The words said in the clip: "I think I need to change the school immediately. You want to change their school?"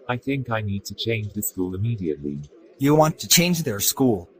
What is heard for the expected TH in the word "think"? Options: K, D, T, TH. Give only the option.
TH